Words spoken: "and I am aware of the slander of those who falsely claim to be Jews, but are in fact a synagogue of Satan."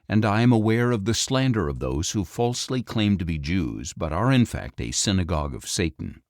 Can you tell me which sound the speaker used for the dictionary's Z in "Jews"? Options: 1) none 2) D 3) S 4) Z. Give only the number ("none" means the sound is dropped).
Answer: 4